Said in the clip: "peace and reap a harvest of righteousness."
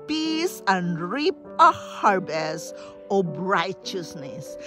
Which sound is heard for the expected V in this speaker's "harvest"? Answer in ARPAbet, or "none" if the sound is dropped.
B